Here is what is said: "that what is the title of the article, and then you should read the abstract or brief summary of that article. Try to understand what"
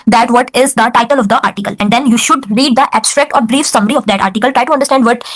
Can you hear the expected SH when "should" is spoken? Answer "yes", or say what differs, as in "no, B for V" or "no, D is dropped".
yes